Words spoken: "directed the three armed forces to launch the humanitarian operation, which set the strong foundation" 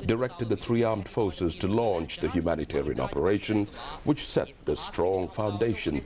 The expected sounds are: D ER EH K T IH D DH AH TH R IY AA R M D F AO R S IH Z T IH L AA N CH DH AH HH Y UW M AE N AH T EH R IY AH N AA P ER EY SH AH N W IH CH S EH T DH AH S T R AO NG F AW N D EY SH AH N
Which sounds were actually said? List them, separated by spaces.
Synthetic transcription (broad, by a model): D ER EH K T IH D DH AH TH R IY AA R M D F AO R S IH Z T IH L AA N CH DH AH HH Y UW M AE N AH T EH R IY AH N AA P ER EY SH AH N W IH CH S EH T DH AH S T R AO NG F AW N D EY SH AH N